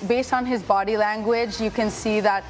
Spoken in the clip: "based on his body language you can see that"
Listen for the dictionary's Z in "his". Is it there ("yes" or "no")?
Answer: yes